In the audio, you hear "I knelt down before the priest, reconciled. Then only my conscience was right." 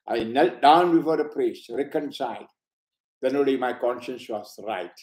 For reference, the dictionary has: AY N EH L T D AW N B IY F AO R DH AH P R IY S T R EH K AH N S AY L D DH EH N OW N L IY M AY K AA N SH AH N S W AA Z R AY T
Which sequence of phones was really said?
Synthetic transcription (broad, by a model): AY N EH L T D AW N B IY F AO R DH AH P R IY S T R EH K AH N S AY L D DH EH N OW L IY M AY K AA N SH AH N S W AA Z R AY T